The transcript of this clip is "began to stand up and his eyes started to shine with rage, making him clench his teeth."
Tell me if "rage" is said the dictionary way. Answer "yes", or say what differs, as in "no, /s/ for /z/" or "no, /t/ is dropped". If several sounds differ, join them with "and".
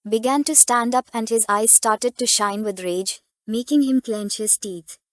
yes